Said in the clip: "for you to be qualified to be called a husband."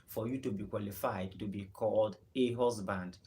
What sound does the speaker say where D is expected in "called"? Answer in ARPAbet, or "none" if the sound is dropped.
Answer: D